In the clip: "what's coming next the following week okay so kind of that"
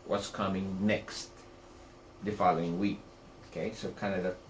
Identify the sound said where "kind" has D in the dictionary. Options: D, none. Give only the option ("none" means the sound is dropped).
none